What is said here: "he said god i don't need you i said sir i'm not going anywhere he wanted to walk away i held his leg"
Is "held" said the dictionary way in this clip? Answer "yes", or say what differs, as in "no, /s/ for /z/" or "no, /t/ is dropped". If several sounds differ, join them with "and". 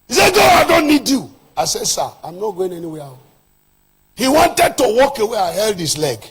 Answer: yes